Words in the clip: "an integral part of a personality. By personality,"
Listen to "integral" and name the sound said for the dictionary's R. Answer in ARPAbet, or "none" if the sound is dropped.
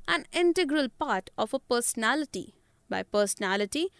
R